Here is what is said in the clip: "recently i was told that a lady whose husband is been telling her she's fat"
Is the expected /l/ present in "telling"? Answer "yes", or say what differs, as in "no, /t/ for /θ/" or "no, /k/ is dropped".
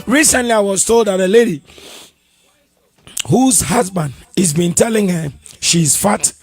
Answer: yes